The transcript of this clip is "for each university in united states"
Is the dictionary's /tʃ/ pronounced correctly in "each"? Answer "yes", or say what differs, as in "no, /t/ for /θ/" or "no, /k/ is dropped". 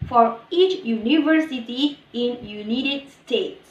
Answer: yes